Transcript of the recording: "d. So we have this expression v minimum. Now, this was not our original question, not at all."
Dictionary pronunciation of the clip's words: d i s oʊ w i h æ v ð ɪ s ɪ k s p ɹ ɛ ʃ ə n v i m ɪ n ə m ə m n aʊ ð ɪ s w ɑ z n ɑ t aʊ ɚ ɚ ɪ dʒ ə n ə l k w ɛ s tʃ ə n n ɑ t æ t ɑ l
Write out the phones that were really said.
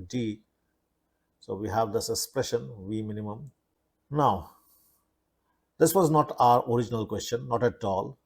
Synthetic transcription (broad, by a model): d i s oʊ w i h æ v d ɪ s ɪ k s p ɹ ɛ ʃ ə n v i m ɪ n ə m ə m n aʊ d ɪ s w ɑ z n ɑ t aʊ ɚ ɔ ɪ dʒ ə n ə l k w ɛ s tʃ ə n n ɑ t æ t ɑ l